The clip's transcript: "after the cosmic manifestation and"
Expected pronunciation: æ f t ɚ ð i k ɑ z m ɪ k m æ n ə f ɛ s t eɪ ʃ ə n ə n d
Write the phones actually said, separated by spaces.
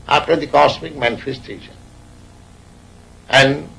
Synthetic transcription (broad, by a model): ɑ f t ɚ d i k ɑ s m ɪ k m æ n ə f ɛ s t eɪ ʃ ə n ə n d